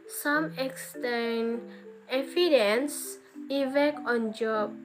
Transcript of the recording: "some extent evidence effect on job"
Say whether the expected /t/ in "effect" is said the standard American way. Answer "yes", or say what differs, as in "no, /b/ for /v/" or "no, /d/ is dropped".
no, /t/ is dropped